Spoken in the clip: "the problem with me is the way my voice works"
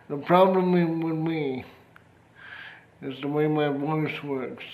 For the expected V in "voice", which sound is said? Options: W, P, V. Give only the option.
W